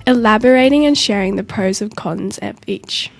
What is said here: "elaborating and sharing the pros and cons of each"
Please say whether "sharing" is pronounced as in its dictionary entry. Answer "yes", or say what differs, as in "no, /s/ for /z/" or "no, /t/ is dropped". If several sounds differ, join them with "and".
yes